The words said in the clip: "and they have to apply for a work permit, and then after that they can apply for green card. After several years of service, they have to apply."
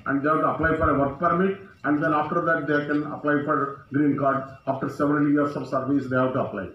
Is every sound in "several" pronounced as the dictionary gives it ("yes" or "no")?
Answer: no